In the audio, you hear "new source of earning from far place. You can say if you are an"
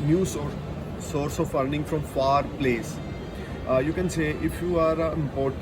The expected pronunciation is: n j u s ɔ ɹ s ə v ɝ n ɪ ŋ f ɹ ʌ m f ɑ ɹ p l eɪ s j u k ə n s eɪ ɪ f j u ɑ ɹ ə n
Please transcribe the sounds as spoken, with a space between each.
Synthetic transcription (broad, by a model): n j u s ɔ ɹ s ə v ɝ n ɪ ŋ f ɹ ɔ m f ɑ ɹ p l eɪ s j u k ə n s eɪ ɪ f j u ɑ ɹ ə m